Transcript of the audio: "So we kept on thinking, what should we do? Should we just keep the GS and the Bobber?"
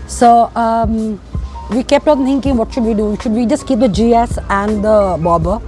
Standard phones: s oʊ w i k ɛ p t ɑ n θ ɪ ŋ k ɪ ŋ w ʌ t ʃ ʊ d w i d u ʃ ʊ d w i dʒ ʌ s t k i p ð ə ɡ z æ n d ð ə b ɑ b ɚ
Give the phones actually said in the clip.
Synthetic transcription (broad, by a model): s oʊ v i k ɛ p t ɑ n t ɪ ŋ k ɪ ŋ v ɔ t ʃ ʊ d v i d u ʃ ʊ d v i dʒ ʌ s t k i p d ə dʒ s æ n d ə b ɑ b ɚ